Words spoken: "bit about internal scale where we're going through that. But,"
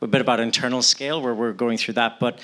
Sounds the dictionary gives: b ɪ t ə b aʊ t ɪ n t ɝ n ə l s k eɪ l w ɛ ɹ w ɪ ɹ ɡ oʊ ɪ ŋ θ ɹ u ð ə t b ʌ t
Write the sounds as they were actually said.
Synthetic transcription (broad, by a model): b ɪ t ə b aʊ t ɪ n t ɝ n l s k eɪ l w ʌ ɹ w ɪ ɹ ɡ oʊ ɪ ŋ θ ɹ u ð ə t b ʌ t